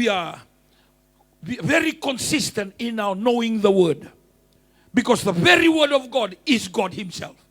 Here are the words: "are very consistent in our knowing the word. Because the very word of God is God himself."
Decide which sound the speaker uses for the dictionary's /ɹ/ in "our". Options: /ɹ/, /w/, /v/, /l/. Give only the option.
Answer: /w/